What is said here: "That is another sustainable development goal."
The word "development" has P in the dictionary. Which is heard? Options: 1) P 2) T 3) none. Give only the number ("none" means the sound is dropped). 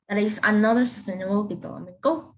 3